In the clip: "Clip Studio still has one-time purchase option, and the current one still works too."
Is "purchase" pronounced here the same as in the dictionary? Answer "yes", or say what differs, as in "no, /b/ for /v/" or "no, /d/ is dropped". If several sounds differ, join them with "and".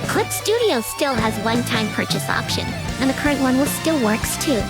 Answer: yes